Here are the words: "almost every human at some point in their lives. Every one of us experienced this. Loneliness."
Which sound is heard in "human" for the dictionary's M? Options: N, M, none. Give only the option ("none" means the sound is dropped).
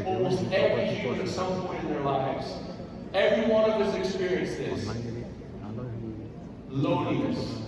none